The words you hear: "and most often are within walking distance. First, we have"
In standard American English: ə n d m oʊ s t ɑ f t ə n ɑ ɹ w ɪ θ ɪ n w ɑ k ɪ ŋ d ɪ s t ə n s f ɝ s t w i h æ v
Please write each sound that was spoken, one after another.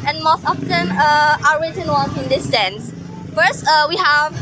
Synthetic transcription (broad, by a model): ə n m oʊ s t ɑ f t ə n ɑ ɹ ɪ t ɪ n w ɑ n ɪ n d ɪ s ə n s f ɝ s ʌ w i h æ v